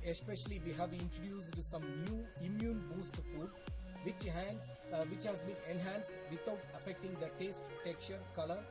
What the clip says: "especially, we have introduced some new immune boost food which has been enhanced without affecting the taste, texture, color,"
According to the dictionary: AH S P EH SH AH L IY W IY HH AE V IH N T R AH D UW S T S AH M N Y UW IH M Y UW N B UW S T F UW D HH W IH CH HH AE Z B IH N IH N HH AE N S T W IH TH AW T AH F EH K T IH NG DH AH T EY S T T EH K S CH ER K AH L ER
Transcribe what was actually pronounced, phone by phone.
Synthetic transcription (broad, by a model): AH S P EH SH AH L IY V IY HH AE V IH N T R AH D UW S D S AH M N Y UW IH M Y UW N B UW S T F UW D HH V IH CH HH AE Z B IH N IH N HH AE N S T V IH T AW T AH F EH K T IH NG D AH T EY S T T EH K CH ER K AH L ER